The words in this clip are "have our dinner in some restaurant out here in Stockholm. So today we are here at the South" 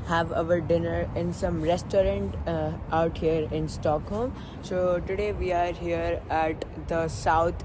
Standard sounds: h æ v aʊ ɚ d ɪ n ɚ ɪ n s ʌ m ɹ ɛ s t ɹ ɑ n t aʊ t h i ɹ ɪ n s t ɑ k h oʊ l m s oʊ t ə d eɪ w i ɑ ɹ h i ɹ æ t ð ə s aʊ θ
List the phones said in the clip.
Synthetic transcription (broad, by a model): h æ v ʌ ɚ d ɪ n ɚ ɪ n s ʌ m ɹ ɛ s t ɹ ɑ n t aʊ t h i ɹ ɪ n s t ɑ k h oʊ l m s oʊ t ə d eɪ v i ɑ ɹ h i ɹ æ t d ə s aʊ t